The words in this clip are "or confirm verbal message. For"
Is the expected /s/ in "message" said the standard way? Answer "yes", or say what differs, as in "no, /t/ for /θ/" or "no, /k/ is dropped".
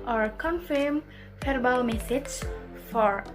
no, /θ/ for /s/